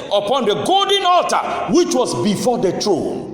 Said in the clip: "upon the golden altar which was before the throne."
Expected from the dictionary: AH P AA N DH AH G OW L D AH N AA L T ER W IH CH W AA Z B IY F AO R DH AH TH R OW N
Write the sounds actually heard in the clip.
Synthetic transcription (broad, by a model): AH P AA N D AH G OW L D AH N AA L T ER W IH CH W AA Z B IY F AO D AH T R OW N